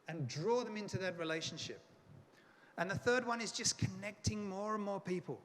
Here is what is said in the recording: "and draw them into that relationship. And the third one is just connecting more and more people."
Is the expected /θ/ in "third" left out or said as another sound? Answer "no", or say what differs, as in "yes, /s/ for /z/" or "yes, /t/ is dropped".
no